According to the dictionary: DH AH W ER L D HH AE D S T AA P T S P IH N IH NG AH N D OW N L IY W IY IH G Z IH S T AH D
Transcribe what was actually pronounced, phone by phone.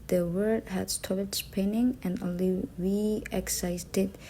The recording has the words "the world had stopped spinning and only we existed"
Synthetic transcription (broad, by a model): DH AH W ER D HH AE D S T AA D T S P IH N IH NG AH N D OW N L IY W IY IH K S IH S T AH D